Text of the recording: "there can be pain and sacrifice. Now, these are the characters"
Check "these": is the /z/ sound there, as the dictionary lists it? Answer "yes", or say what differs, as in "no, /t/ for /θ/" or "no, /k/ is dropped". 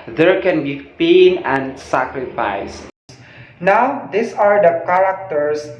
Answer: no, /s/ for /z/